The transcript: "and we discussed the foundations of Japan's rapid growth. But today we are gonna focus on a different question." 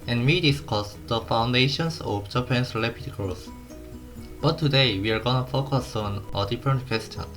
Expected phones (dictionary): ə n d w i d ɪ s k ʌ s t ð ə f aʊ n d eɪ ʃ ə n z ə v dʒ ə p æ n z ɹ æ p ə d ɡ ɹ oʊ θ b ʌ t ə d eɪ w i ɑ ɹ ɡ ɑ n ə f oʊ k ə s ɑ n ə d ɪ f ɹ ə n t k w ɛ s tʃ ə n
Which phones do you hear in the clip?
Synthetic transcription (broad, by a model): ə n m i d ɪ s k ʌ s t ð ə f aʊ n d eɪ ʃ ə n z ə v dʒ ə p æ n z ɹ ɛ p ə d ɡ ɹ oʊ s b ʌ t ə d eɪ w i ɑ ɹ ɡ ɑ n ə f oʊ k ə s ɑ n ə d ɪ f ɹ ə n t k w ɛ s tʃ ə n